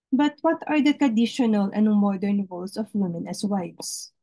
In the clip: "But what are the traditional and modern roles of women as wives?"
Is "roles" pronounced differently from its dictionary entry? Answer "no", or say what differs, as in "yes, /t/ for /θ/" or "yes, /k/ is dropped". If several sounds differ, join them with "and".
yes, /s/ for /z/